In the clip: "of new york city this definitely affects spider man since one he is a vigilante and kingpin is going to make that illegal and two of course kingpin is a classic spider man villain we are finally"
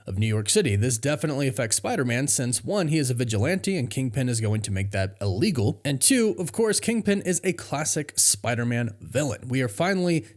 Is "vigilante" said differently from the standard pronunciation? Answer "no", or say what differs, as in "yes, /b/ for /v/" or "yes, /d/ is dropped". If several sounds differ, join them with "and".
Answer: no